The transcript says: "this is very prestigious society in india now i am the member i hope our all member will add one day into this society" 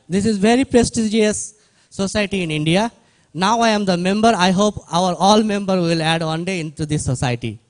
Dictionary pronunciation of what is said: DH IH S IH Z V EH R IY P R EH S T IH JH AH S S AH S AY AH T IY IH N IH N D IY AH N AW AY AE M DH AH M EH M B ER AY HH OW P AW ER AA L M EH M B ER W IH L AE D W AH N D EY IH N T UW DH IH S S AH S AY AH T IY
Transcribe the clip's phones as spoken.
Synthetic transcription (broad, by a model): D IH S IH Z V EH R IY P R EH S T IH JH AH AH S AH S AY T IY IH N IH N D IY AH N AW AY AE M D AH M EH M B ER AY HH OW P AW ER AA L M EH M B ER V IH L AE D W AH N D EY IH N T UW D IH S S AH S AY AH T IY